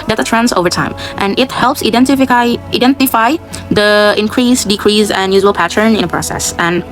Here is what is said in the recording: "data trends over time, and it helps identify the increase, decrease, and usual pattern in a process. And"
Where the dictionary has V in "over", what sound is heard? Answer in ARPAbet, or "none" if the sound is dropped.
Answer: V